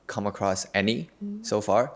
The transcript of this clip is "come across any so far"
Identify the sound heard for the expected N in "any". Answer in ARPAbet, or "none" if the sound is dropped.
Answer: N